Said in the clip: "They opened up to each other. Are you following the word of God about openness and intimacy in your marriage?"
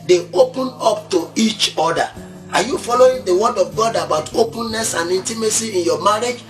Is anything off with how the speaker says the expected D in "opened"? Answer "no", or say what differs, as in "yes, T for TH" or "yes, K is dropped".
yes, D is dropped